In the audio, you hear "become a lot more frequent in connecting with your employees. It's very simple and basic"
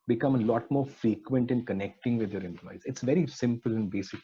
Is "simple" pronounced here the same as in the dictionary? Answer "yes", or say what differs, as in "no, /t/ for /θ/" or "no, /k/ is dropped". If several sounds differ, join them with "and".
yes